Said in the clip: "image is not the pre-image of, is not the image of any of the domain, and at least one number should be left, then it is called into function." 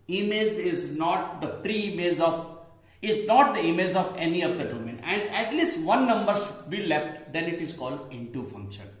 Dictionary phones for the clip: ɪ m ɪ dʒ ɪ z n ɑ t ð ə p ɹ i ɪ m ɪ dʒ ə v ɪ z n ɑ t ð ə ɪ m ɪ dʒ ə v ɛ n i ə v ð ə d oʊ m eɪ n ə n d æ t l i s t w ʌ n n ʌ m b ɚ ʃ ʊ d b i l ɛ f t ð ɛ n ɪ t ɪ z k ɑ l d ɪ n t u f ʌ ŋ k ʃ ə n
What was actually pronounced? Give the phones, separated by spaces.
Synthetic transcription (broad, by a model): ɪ m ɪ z ɪ z n ɑ t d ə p ɹ i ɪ m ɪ z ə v ɪ z n ɑ t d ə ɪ m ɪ z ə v ɛ n i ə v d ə d oʊ m eɪ n ə n d æ t l i s t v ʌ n n ʌ m b ɚ ʃ ʊ d b i l ɛ f t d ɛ n ɪ t ɪ z k ɑ l d ɪ n t u f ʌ ŋ k ʃ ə n